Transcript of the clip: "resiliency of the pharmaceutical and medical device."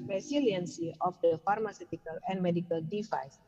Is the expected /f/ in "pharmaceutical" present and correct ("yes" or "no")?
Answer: yes